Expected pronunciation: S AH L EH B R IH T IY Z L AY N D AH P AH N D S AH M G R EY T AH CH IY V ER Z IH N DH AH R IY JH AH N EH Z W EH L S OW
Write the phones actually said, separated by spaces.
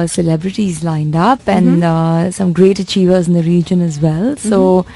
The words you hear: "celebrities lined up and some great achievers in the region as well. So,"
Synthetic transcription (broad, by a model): S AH L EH B R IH T IY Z L AY N D AH P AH N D S AH M G R EY T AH CH IY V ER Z IH N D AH R IY JH AH N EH Z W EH L S OW